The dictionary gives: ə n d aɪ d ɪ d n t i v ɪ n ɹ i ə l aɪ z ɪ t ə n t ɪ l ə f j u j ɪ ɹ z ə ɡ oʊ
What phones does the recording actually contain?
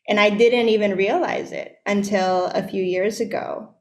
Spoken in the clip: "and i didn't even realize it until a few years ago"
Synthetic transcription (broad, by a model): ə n aɪ d ɪ d n t i v ɪ n ɹ i ə l aɪ z ɪ t ə n t ɪ l ə f j u j ɪ ɹ z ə ɡ oʊ